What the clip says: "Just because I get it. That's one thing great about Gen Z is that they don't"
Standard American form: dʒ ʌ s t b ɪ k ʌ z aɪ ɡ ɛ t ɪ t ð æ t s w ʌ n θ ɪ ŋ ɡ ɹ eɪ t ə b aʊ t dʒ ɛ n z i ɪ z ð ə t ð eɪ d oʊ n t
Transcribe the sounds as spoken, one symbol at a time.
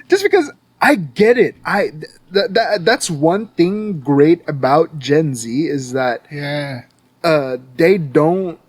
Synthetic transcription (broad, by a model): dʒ ʌ s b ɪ k ʌ z aɪ ɡ ɛ t ɪ t ð æ t s w ʌ n θ ɪ ŋ ɡ ɹ eɪ t ə b aʊ t dʒ ɛ n z i ɪ z ð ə t ð eɪ d oʊ n t